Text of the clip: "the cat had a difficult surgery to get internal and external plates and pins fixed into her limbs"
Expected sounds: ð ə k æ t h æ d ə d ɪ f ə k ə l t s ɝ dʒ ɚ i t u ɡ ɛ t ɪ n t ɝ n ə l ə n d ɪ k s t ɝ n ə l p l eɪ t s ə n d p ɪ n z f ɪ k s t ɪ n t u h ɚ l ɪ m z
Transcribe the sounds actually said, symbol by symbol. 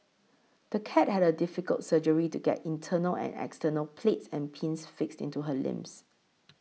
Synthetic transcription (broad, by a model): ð ə k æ t h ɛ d ə d ɪ f ə k ə l t s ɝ dʒ ɚ i t u ɡ ɛ t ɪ n t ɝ n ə l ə n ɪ k s t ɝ n ə l p l eɪ t s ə n p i n s f ɪ k s t ɪ n t u h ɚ l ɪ m s